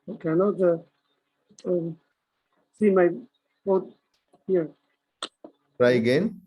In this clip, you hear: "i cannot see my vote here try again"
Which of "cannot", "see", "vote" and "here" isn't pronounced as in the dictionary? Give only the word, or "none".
vote